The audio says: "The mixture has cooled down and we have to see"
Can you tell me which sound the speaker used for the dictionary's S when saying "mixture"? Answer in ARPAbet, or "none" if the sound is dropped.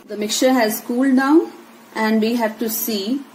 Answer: none